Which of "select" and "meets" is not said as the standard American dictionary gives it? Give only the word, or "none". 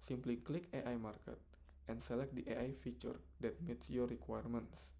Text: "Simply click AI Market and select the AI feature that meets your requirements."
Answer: none